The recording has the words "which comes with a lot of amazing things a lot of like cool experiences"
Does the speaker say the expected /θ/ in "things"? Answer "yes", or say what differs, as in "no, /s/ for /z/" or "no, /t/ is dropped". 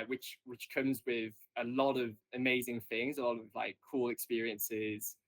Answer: yes